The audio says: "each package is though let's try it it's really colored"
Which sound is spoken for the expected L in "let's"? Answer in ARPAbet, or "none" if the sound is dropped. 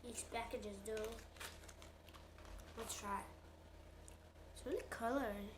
W